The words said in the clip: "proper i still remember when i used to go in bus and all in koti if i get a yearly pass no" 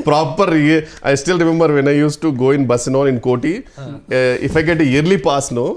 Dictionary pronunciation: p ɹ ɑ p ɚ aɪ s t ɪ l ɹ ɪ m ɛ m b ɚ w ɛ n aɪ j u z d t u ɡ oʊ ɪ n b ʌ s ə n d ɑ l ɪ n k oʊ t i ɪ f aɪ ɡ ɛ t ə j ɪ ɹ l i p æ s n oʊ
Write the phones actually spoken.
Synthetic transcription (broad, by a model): p ɹ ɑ p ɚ aɪ s t ɪ l ɹ ɪ m ɛ m b ɚ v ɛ n aɪ j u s t u ɡ oʊ ɪ n b ʌ s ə n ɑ n ɪ n k oʊ t i ɪ f aɪ ɡ ɛ t ə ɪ ɹ l i p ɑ s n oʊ